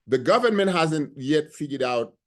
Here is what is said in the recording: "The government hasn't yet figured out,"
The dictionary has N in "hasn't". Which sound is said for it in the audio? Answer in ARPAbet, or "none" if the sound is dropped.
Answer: N